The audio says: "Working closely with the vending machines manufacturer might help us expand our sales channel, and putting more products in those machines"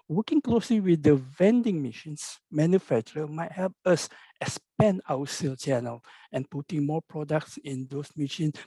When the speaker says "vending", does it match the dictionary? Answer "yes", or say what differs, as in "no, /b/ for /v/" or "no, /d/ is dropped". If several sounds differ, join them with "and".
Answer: yes